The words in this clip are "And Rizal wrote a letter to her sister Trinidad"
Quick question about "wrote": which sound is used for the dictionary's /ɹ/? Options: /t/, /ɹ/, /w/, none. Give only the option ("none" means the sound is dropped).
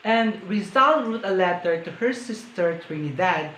/w/